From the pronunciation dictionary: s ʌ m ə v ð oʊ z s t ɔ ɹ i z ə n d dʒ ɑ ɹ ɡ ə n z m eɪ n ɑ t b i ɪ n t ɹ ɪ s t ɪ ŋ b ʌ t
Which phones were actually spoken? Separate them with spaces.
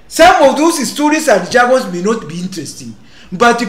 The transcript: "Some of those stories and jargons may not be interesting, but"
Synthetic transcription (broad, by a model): s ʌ m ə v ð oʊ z s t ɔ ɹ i s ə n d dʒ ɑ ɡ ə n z m eɪ n ɑ t b i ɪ n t ɹ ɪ s t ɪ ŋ b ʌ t